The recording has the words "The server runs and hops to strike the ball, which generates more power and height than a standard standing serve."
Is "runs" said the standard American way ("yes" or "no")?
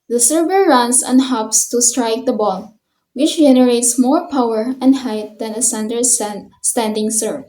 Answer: no